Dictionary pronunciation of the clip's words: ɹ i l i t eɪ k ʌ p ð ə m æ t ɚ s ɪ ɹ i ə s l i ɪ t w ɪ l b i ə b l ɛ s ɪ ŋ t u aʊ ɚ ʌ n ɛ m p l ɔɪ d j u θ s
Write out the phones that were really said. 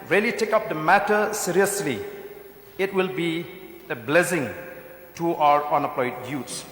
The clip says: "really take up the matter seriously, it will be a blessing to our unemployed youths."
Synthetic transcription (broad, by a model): ɹ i l i t eɪ k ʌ p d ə m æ t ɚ s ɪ ɹ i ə s l i ɪ t w ɪ l b i ə b l ɛ s ɪ ŋ t u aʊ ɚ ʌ n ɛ p l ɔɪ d j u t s